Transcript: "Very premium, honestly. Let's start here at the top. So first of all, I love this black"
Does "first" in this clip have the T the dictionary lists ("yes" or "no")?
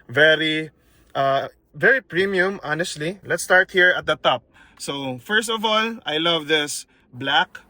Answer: yes